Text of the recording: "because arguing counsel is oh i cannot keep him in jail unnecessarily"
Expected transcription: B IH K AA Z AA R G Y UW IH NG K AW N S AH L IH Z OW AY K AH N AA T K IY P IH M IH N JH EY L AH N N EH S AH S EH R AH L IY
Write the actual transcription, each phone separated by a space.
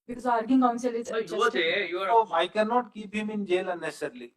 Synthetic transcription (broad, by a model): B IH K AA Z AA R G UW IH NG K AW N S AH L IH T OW AY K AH N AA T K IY B IH M IH N JH EY L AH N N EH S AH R L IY